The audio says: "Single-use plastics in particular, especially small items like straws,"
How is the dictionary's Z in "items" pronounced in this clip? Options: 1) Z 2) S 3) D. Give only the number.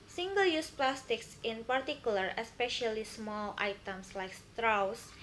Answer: 2